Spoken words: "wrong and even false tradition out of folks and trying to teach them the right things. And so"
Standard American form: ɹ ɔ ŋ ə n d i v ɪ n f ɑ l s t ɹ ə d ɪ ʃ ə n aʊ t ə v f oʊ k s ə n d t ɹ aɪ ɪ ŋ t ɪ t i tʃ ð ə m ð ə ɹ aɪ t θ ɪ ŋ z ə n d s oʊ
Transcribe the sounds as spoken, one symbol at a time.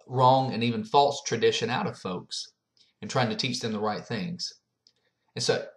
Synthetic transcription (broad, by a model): ɹ ɔ ŋ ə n i v ɪ n f ɑ l s t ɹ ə d ɪ ʃ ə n aʊ t ə v f oʊ k s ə n t ɹ aɪ ɪ ŋ t ɪ t i tʃ ð ə m ð ə ɹ aɪ t θ ɪ ŋ z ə n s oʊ